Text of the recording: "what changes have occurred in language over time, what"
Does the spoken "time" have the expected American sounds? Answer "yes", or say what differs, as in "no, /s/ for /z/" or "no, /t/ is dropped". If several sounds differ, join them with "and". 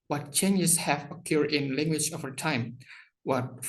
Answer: yes